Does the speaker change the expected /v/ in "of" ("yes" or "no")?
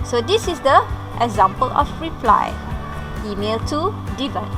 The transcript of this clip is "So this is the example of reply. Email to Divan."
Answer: yes